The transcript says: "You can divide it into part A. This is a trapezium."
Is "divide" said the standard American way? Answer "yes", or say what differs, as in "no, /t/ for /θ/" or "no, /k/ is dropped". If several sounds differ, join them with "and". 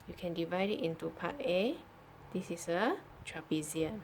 yes